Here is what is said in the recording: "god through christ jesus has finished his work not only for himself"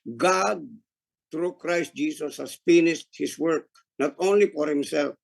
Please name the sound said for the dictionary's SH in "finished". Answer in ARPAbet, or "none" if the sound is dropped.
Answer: S